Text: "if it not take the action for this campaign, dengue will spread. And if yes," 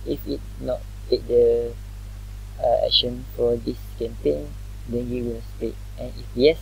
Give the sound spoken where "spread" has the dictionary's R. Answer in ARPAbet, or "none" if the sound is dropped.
none